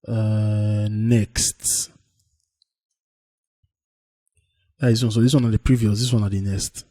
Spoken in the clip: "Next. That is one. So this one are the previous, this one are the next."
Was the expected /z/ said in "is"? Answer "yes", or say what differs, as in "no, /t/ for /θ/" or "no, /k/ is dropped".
no, /s/ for /z/